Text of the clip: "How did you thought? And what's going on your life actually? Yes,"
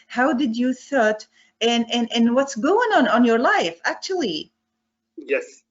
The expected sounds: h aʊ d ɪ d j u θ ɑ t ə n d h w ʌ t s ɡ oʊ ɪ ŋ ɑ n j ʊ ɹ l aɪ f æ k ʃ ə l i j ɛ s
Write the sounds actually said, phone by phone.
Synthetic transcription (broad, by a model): h aʊ d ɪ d j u θ ɑ t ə n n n w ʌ t s ɡ oʊ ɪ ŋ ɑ n j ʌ ɹ l aɪ f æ k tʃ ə l i j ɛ s